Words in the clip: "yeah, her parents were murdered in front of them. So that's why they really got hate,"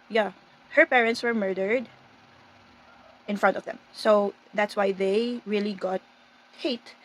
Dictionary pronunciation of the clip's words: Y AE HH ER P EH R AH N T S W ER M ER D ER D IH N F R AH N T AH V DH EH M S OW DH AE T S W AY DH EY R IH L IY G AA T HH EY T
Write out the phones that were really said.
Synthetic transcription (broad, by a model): Y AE HH ER P EH R AH N T S W ER M ER D ER D IH N F R AH N T AH V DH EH M S OW DH AE T S W AY DH EY R IH L IY G AA T HH EY T